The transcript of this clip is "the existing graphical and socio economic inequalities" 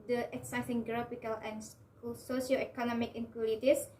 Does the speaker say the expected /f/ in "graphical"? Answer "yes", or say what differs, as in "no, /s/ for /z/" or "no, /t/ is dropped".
no, /p/ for /f/